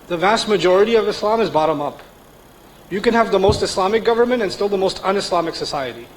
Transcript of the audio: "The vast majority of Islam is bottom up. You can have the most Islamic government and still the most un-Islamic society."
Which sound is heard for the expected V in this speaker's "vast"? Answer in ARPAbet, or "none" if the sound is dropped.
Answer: V